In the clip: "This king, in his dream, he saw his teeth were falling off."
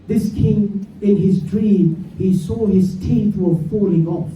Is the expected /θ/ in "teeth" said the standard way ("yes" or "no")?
yes